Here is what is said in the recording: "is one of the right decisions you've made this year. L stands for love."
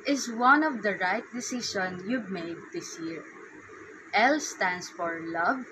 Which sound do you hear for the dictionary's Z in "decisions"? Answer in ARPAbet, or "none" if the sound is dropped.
none